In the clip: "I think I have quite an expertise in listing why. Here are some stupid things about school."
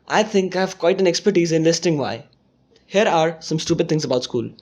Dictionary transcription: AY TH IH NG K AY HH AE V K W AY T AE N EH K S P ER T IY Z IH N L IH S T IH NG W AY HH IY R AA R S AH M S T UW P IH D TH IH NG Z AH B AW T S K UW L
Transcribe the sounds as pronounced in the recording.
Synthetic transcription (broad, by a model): AY T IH NG K AY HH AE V K W AY T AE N EH K S P ER T IY Z IH N L IH S T IH NG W AY HH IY R AA R S AH M S T UW P IH D T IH NG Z AH B AW T S K UW L